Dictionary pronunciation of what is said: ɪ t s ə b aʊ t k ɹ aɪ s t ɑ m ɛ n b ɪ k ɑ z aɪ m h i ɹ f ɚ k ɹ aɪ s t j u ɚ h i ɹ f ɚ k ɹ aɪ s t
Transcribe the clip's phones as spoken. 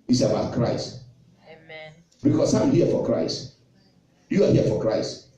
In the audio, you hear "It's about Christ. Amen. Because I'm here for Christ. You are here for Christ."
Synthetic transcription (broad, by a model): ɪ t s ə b aʊ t k ɹ aɪ s t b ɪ k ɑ s aɪ m h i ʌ f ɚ k ɹ aɪ s t j u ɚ h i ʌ f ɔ k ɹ aɪ s t